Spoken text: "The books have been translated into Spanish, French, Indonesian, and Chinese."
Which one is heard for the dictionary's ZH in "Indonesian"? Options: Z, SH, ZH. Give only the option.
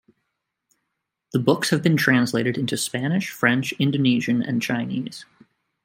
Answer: ZH